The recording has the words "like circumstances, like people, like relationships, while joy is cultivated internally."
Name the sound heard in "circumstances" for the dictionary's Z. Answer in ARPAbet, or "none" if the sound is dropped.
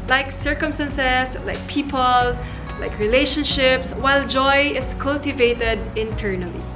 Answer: S